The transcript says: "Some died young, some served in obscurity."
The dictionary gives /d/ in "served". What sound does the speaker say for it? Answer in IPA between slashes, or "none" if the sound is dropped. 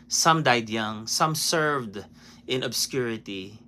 /d/